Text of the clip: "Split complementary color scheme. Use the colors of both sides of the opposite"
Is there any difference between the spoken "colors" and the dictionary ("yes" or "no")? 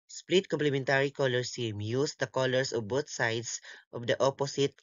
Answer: yes